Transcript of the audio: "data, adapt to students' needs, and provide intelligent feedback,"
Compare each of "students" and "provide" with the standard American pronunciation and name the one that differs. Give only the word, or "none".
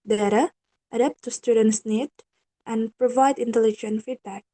none